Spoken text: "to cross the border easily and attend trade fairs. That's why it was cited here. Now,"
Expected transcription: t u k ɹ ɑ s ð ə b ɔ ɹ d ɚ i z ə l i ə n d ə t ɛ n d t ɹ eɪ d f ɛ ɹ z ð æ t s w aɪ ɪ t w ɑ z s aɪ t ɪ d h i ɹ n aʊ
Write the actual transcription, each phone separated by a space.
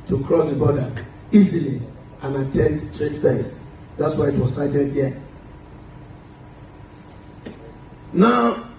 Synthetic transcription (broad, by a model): t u k ɹ ɑ s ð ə b ɔ d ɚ i z ə l i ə n ə t ɛ n d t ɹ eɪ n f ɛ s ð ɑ t s w aɪ ɪ t w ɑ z s aɪ t ɪ d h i n aʊ